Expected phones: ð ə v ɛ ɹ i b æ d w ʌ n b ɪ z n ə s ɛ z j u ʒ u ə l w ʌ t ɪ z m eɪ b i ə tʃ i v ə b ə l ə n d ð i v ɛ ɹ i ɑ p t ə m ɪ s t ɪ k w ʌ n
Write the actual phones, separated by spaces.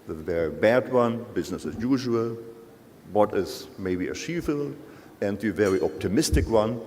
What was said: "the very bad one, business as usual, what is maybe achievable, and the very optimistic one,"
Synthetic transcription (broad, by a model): ð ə v ɛ ɹ i b æ d w ʌ n b ɪ z n ə s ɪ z j u ʒ u ə l w ʌ t ɪ z m eɪ b i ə ʃ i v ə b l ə n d ð i v ɛ ɹ i ɑ p t ə m ɪ s t ɪ k w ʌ n